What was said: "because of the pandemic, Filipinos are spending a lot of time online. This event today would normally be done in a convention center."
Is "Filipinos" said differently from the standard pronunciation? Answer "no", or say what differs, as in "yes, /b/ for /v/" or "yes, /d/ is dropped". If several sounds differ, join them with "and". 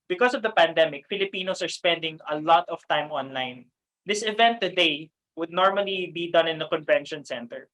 yes, /s/ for /z/